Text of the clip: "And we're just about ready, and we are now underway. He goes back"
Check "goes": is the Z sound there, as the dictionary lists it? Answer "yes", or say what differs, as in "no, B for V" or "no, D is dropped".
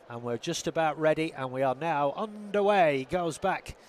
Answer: yes